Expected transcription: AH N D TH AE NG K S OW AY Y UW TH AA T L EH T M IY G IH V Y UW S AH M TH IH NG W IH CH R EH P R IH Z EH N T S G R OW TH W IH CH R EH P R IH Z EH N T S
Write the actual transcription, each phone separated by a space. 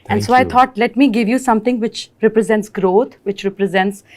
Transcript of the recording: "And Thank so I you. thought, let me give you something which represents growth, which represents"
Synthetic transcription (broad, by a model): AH N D S OW AY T AA T L EH T M IY G IH V Y UW S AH M T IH NG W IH CH R EH P R IH Z EH N T S G R OW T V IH CH R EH P R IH Z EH N T S